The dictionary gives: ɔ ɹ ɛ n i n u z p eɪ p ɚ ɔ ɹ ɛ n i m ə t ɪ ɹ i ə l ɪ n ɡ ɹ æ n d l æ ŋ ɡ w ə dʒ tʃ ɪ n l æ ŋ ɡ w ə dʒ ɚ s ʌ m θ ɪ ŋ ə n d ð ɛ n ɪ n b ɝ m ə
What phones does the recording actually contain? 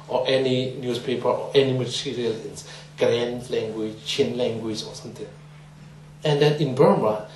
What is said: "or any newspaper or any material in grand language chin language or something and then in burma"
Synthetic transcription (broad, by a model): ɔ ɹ ɛ n i n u s p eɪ p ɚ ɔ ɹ ɛ n i m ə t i ɹ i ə l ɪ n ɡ ɹ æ n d l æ ŋ ɡ w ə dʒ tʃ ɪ n l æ ŋ ɡ w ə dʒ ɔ s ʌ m t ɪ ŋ ə n d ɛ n ɪ n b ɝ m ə